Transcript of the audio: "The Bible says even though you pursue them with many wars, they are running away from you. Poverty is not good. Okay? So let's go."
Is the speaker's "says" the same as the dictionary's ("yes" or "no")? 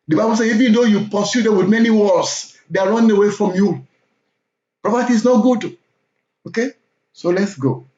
no